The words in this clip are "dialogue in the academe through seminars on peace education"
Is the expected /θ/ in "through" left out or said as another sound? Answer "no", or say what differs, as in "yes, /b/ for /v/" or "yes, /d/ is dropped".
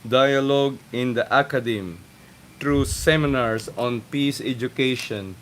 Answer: yes, /t/ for /θ/